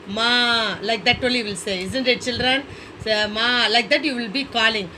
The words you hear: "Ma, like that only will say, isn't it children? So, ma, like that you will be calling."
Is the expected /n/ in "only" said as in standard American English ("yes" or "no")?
no